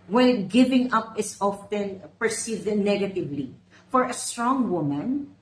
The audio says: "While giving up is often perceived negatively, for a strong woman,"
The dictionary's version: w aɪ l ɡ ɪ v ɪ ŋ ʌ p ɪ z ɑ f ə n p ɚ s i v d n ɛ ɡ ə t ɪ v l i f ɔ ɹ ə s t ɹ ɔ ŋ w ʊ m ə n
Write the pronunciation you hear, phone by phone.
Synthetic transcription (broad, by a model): w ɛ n ɡ ɪ v ɪ ŋ ʌ p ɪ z ɑ f ə n p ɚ s i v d n ɛ ɡ ə t ɪ v l i f ɔ ɹ ə s t ɹ ɔ ŋ w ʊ m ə n